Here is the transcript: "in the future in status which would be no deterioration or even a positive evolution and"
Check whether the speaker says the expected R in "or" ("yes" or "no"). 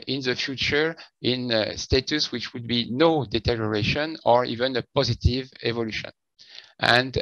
yes